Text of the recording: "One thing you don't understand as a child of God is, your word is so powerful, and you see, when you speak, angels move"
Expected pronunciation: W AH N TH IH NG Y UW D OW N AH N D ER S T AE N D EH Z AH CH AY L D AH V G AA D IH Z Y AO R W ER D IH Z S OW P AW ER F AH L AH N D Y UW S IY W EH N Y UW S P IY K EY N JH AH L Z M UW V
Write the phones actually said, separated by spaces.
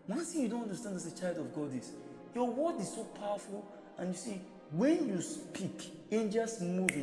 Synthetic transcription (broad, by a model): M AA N S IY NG Y UW D OW N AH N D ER S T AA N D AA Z AH CH AY L D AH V G AA D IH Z Y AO W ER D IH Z S OW P AW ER F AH L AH N Y UW S IY W EH N Y UW S P IY K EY N JH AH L S M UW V